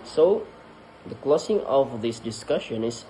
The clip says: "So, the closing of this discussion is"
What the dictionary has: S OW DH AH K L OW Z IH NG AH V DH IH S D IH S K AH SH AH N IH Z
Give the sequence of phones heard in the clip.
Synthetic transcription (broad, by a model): S OW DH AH K L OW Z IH NG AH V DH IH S D IH S K AH SH AH N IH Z